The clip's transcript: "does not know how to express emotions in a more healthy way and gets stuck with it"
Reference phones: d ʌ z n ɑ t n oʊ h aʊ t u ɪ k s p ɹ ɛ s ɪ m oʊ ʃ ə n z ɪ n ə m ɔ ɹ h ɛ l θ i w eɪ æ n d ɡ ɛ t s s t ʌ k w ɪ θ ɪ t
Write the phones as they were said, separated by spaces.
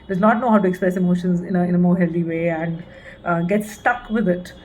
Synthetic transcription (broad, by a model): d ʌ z n ɑ t n oʊ h aʊ t u ɪ k s p ɹ ɛ s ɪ m oʊ ʃ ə n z ɪ n ə m ɔ ɹ h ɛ l t i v eɪ æ n d ɡ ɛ t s s t ʌ k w ɪ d ɪ t